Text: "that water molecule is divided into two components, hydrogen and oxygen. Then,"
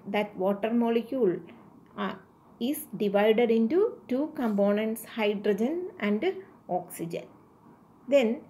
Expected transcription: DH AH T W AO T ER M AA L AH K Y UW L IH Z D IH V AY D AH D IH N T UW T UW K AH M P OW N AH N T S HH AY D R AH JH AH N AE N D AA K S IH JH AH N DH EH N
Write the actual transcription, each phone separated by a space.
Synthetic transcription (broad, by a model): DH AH T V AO T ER M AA L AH K Y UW L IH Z D IH V AY D AH D IH N T UW T UW K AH M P OW N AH N T S HH AY D R AH JH AH N AE N D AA K S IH JH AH N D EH N